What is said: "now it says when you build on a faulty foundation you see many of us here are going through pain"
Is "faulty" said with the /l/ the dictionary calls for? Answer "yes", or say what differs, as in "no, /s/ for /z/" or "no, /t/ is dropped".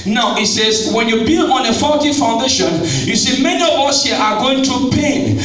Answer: no, /l/ is dropped